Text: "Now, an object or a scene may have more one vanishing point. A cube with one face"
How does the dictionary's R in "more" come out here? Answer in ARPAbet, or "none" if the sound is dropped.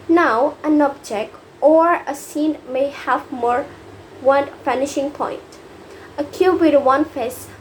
R